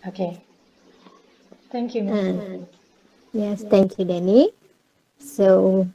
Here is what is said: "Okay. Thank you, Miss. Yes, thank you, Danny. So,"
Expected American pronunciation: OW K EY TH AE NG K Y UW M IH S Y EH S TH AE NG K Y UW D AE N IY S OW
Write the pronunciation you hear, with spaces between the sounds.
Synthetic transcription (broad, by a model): OW K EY T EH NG K Y UW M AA Y EH S T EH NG K Y UW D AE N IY S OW